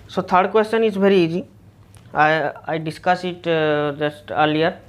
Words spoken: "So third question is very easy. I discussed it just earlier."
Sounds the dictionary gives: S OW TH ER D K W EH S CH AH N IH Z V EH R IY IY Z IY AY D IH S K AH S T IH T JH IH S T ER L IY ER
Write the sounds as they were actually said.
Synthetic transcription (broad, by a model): S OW T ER D K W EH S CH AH N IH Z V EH R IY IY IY AY D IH S K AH S IH T JH IH S T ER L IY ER